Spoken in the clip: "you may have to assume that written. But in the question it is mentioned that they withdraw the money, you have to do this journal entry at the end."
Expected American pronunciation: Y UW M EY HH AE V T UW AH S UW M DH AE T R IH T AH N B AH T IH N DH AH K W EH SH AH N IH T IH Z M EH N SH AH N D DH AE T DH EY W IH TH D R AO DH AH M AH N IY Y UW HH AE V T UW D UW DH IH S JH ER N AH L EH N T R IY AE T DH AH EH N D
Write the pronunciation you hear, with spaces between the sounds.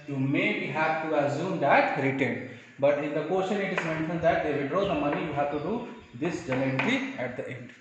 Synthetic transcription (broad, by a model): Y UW M EY HH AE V T UW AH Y UW M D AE T R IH T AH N B AH T IH N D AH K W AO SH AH N IH T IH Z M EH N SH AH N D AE T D EY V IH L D R AO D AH M AH N IY Y UW HH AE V T UW D UW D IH S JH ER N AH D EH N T L IY AE T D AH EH N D